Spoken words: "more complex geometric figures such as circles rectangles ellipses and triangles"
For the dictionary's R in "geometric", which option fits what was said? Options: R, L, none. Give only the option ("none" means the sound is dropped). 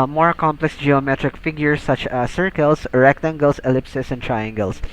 R